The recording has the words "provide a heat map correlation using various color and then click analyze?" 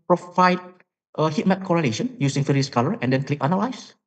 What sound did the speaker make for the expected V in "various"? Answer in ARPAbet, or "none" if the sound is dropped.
F